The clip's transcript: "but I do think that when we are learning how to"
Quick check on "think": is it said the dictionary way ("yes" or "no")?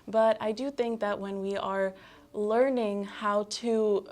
yes